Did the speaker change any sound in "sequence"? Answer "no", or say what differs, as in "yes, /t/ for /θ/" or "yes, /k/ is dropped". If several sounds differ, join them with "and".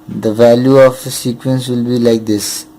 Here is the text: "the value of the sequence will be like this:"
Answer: no